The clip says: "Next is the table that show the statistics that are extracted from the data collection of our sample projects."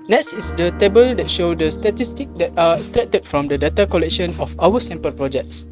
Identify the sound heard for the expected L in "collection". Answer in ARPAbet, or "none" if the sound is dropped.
L